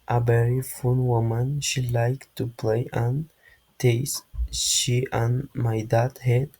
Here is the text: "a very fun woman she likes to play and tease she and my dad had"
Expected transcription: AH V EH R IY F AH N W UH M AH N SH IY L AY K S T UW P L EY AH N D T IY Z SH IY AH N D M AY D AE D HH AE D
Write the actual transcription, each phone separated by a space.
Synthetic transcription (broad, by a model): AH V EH R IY F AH N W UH M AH N SH IY L AY K T UW P L EY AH N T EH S SH IY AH N M AY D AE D HH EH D